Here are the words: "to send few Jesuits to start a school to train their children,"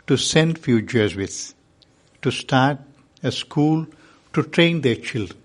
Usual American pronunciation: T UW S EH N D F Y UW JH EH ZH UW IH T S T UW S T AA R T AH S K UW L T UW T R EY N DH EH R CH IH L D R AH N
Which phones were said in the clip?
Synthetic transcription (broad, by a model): T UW S EH N D F Y UW CH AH Z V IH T T UW S T AA R T AH S K UW L T UW T R EY N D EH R CH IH L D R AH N